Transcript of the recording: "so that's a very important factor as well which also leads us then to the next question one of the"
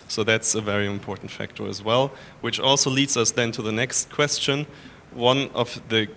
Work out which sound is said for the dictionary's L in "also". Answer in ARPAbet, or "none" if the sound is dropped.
L